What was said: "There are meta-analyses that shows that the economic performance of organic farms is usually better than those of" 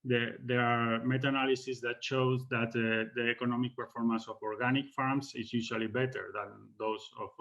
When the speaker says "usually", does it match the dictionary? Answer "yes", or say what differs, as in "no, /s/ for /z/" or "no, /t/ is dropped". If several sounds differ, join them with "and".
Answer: no, /ʃ/ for /ʒ/